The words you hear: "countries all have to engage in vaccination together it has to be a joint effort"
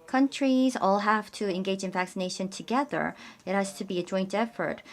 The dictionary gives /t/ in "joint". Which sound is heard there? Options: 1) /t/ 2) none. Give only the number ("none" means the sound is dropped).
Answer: 1